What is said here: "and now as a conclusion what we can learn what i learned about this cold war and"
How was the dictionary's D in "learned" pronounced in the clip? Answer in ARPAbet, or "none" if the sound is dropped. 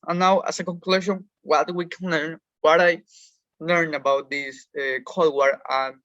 none